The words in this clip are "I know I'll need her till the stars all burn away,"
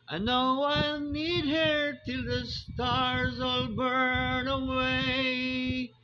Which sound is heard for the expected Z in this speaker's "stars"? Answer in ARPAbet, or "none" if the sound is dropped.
Z